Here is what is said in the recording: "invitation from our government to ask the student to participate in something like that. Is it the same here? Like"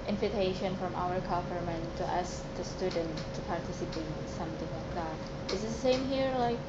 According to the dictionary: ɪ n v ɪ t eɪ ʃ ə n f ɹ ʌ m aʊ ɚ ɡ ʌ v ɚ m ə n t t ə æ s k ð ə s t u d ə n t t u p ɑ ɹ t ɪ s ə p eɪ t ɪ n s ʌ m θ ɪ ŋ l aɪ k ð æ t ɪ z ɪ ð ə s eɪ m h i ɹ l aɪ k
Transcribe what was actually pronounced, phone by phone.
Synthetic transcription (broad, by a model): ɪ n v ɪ t eɪ ʃ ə n f ɹ ʌ m aʊ ɚ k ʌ p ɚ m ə n t t æ s k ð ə s t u d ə n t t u p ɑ ɹ t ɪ s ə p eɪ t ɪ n s ʌ m θ ɪ ŋ l aɪ k ð æ t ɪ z ð ə s eɪ m h i ɹ l aɪ k